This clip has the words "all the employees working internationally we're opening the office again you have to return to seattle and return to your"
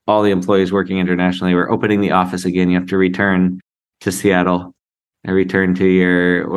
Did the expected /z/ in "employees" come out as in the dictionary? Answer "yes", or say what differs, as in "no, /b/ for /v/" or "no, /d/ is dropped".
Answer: yes